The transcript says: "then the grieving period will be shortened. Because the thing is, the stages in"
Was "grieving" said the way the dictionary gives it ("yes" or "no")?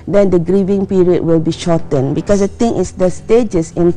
yes